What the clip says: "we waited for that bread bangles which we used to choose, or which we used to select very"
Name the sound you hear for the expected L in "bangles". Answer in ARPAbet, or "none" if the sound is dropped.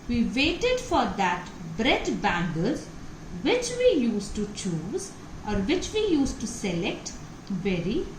none